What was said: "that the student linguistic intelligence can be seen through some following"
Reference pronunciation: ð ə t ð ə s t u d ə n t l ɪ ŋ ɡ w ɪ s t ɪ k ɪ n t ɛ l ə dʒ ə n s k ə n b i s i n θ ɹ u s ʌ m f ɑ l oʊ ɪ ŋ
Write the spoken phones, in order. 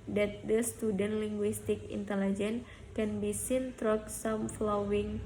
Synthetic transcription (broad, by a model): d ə t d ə s t u d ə n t l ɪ ŋ ɡ w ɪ s t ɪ k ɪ n t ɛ l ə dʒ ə n k ə n b i s i n t ɹ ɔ s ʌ m f l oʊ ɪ ŋ